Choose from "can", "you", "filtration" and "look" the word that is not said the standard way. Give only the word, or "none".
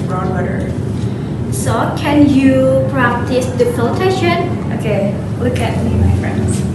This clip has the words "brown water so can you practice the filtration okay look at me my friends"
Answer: filtration